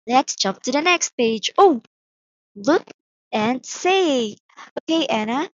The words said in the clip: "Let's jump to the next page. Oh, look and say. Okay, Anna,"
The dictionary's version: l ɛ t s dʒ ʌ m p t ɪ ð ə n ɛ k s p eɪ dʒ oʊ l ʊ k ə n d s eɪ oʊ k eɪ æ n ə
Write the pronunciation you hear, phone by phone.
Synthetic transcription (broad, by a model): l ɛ t s dʒ ʌ m p t ɪ ð ə n ɛ k s p eɪ dʒ oʊ l ʊ k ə n s eɪ oʊ k eɪ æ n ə